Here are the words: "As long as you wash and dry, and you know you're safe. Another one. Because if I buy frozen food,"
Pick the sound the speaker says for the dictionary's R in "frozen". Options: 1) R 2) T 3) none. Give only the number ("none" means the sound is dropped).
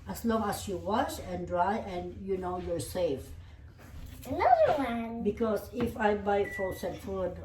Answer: 3